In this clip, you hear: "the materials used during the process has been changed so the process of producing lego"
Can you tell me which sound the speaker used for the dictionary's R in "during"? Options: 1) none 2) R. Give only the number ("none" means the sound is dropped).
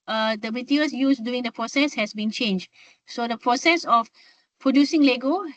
1